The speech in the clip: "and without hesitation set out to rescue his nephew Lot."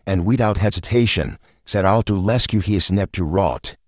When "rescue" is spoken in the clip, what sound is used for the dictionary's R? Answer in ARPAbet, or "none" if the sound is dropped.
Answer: L